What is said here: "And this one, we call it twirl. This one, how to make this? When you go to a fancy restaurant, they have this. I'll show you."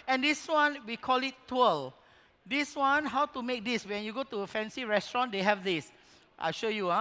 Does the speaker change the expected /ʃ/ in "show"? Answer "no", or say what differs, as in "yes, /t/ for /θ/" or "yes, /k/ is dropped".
no